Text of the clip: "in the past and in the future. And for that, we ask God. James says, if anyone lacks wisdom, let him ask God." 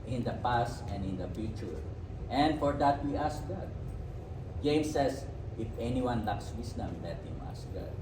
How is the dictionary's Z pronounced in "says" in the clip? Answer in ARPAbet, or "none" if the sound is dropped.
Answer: S